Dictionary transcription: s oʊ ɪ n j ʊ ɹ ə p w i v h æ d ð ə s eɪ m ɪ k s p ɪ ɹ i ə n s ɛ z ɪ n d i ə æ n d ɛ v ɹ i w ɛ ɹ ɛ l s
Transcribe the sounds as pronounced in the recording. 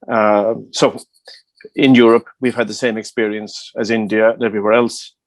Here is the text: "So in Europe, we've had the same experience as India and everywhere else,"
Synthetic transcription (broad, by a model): s oʊ ɪ n j ʊ ɹ ə p w i v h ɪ d ð ə s eɪ m ɪ k s p ɪ ɹ i ə n s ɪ z ɪ n d i ə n ɛ v ɹ i w ɛ ɹ ɛ l s